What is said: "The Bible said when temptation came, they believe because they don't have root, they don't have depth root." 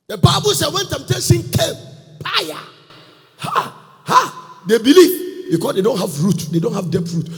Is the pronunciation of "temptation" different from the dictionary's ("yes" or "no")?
yes